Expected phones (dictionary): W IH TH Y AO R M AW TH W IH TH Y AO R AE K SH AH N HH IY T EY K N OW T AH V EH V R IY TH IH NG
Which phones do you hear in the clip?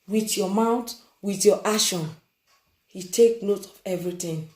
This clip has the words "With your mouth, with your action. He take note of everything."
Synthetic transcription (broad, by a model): W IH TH Y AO M AW T W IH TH Y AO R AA SH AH N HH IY T EY K N OW T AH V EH V R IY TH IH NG